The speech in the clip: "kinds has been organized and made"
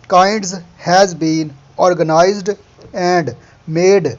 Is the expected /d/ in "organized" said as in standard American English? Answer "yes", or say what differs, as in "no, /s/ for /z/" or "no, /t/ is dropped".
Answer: yes